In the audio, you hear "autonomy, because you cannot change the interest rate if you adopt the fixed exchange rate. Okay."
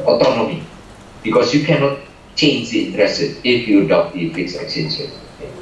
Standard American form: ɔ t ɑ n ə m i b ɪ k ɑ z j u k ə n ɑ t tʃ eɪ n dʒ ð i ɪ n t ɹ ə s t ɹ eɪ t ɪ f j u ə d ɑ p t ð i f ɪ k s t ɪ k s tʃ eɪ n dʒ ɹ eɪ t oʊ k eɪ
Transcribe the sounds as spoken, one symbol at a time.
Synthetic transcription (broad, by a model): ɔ t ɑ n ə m i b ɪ k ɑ s j u k ə n ɑ t tʃ eɪ n dʒ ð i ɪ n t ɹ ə s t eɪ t ɪ f j u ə d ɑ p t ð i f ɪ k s ɪ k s eɪ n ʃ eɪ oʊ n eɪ